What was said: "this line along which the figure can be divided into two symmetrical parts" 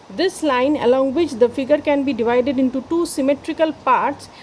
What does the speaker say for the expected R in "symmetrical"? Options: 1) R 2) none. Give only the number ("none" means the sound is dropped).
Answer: 1